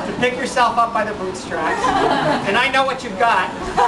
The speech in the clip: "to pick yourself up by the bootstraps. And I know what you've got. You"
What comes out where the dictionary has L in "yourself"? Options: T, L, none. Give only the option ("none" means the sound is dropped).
L